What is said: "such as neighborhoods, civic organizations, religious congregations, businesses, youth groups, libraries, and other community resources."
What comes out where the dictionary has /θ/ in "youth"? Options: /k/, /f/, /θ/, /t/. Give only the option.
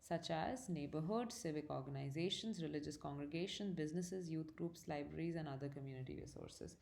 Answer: /t/